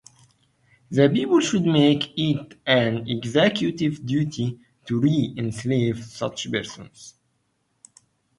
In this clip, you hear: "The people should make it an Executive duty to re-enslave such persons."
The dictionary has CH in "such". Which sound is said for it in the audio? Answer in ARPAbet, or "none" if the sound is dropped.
CH